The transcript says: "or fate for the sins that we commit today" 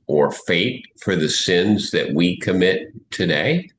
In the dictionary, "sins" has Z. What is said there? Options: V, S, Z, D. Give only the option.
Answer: Z